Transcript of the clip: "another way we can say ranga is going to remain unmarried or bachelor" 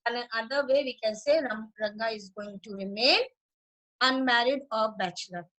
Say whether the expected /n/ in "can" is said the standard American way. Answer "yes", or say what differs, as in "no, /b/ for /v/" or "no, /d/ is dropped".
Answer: yes